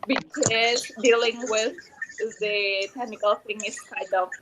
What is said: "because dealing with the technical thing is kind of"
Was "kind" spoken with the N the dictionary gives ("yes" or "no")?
no